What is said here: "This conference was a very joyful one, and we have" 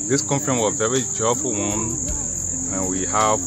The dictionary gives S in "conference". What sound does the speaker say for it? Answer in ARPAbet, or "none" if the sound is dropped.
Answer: none